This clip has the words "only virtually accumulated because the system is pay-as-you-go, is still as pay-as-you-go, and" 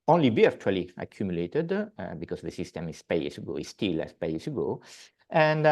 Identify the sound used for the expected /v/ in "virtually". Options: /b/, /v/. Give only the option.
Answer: /b/